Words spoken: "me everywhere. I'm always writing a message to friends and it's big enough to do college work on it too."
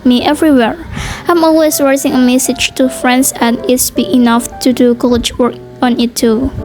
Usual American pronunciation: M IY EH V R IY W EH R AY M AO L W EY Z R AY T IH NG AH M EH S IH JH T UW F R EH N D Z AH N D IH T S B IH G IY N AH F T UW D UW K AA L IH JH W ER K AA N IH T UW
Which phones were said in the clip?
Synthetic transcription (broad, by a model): M IY EH V R IY W EH R AY M AO L W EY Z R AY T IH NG AH M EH S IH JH T UW F R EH N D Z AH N IH T S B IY IY N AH F T UW D UW K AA L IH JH W ER K AA N IH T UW